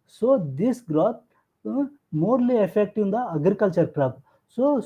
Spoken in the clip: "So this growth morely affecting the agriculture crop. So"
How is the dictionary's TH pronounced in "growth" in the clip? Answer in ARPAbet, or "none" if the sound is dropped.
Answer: T